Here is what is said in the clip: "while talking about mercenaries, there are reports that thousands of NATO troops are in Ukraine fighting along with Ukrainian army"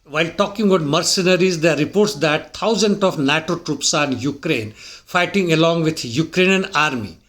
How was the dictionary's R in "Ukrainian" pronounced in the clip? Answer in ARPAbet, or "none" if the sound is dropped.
R